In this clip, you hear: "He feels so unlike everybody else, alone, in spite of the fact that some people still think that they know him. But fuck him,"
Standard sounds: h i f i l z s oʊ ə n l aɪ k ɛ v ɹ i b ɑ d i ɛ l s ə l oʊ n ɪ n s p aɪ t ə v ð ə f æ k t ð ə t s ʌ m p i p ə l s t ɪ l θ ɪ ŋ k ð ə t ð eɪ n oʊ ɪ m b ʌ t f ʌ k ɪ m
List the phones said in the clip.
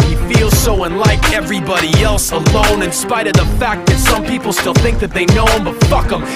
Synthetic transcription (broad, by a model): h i f i l z s oʊ ə n l aɪ k ɛ v ɹ i b ɑ d i ɛ l s ə l oʊ n ɪ n s p aɪ t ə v ð ə f æ k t ð ə t s ʌ m p i p l s t ɪ l θ ɪ ŋ k ð ə t ð eɪ n oʊ ɪ m b ʌ t f ʌ k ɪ m